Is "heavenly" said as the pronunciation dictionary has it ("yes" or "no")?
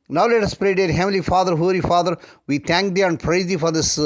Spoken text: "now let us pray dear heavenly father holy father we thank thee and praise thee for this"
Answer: no